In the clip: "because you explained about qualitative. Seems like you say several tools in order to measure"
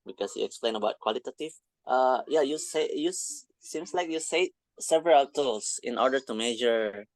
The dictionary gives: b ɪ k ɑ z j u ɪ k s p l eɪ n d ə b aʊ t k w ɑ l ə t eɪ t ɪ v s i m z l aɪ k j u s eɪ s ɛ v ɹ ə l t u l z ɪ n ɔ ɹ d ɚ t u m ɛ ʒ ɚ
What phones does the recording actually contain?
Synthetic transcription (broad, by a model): b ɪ k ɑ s j u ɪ k s p l eɪ n ə b aʊ t k w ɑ l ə t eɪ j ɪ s s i m s l aɪ k j u s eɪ s ɛ v ɹ ə l t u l s ɪ n ɔ ɹ d ɚ t u m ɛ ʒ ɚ